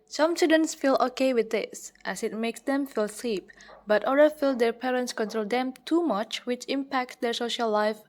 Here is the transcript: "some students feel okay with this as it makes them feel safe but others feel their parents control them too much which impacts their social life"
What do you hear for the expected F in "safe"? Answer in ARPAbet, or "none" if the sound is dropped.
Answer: P